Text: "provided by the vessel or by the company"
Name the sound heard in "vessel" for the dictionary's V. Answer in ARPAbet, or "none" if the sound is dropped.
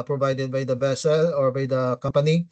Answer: B